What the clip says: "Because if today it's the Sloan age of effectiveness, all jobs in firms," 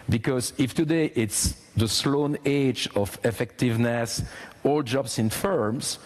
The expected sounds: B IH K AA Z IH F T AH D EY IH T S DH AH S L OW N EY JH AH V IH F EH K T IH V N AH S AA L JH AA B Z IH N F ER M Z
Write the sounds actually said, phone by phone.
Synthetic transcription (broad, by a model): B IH K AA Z IH F T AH D EY IH T S DH AH S L OW N EY JH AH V IH F EH K T IH V N AH S AA L JH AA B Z IH N F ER M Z